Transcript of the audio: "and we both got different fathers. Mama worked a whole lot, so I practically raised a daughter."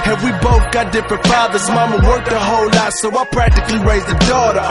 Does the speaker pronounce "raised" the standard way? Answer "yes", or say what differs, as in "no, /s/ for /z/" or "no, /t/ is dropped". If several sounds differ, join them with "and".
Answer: no, /d/ is dropped